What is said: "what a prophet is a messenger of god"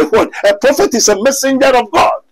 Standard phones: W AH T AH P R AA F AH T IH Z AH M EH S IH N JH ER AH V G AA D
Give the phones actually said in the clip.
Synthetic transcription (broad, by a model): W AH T AH P R AA F AH T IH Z AH M EH S IH N JH ER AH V G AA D